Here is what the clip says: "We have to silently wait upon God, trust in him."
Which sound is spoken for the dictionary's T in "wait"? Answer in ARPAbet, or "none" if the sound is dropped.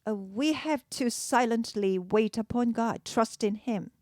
T